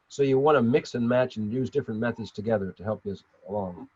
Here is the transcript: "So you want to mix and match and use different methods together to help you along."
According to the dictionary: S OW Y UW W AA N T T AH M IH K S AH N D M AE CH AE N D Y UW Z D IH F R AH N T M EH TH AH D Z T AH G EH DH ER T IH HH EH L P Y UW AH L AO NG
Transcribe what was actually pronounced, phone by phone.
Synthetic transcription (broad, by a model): S OW Y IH W AA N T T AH M IH K S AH N M AE CH N Y UW Z D IH F R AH N M EH TH AH D Z T AH G EH DH ER T IH HH EH L P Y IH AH L AO NG